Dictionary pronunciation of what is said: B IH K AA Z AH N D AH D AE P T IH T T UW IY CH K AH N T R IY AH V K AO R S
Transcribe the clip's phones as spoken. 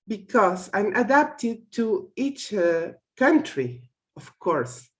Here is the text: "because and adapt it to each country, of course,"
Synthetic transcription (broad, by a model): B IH K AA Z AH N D AH D AE P T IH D T UW IY CH K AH N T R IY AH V K AO R S